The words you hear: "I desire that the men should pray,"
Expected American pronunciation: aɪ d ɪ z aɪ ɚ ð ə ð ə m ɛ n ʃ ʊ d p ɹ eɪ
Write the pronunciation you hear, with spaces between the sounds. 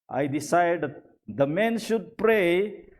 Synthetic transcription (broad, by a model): aɪ d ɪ s aɪ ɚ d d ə m ɛ n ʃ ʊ d p ɹ eɪ